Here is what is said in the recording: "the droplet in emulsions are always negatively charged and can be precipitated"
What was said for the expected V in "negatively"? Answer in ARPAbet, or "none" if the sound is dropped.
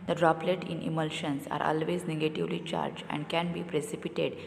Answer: V